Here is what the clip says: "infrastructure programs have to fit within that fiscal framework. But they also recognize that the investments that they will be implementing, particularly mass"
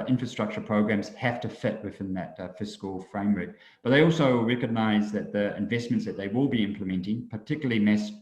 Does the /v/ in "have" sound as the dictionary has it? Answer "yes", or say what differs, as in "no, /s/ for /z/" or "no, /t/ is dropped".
no, /f/ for /v/